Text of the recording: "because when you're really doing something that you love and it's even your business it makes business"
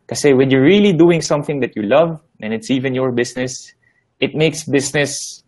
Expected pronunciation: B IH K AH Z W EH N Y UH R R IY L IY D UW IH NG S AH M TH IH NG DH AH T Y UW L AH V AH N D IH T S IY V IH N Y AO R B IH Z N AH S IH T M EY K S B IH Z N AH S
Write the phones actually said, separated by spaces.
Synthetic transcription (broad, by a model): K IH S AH W EH N Y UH R R IY L IY D UW IH NG S AH M TH IH NG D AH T Y UW L AH V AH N IH T S IY V IH N Y AO R B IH S N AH S IH T M EY K S B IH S N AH S